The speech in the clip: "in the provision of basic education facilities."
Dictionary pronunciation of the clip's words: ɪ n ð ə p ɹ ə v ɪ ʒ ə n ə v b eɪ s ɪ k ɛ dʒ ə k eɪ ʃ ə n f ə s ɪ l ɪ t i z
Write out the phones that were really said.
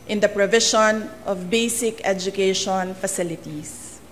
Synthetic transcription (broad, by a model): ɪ n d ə p ɹ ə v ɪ ʃ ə n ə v b eɪ s ɪ k ɛ dʒ ə k eɪ ʃ ə n f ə s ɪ l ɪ t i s